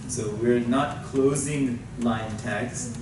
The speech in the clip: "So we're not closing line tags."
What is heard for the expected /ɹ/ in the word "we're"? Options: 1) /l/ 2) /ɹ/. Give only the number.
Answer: 2